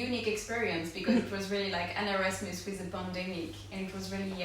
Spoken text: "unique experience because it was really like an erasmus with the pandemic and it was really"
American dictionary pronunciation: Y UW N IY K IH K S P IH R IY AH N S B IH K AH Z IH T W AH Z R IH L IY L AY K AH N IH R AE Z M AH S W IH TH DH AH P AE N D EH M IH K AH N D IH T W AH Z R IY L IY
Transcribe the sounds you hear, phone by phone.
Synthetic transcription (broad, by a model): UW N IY K IH K S P IH R IY AH N S B IH K AH Z IH T W AH Z R IH L IY L AY K AH N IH R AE S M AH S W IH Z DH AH B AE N D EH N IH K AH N IH T W AH Z R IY L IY